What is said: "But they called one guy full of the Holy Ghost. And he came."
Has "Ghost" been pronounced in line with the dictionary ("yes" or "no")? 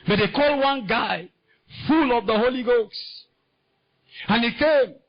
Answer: no